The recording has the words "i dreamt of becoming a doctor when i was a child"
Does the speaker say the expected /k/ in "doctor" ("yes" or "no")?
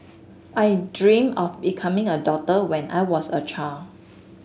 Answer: no